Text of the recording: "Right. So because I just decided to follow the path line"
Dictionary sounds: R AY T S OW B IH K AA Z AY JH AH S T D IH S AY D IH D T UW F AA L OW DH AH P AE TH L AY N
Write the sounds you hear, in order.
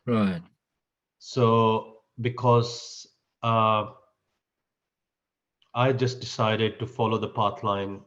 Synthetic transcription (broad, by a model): R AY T S OW B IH K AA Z AY JH AH S T D IH S AY D IH D T UW F AA L OW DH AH P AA T L AY N